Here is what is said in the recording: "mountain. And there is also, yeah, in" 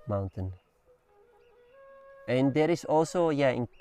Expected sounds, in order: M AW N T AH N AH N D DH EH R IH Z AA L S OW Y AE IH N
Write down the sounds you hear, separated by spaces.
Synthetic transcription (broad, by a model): M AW N T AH N AH N D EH R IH S AA L S OW Y AE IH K